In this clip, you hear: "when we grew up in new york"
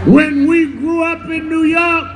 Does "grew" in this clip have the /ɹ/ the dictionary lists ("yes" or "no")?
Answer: yes